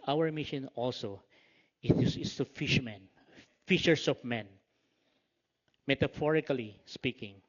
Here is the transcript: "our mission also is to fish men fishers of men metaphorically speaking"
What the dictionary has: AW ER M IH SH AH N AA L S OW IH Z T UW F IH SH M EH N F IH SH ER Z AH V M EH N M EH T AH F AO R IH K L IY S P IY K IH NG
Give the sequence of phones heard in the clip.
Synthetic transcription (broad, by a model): AW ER M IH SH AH N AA L S OW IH S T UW F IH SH M EH N F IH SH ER S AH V M EH N M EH T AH F AO R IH K L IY S P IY K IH NG